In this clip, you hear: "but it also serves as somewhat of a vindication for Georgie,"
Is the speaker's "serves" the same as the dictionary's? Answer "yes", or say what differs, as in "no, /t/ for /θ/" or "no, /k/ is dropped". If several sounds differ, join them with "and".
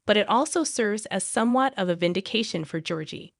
yes